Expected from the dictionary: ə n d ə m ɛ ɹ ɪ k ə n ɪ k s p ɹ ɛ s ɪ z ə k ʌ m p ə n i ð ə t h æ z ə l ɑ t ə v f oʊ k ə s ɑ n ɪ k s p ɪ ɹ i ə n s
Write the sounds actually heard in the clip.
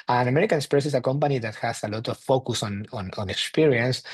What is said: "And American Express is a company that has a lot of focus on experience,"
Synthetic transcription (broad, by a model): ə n ə m ɛ ɹ ɪ k ə n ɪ s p ɛ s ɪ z ə k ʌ m p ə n i ð ə t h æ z ə l ɑ t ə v f oʊ k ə s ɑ n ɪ k s p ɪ ɹ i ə n s